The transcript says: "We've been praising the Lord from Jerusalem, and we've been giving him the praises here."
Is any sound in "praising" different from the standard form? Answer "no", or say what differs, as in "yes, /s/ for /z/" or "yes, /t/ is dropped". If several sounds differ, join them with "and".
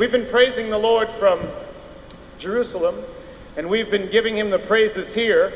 no